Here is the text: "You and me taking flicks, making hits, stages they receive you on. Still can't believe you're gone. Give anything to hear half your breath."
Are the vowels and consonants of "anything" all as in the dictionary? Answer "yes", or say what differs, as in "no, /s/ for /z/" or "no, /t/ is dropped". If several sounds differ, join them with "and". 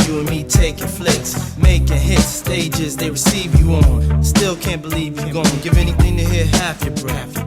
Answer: yes